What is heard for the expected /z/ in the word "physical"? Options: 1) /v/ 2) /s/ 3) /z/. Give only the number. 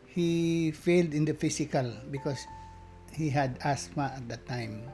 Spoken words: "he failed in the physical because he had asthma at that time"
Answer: 2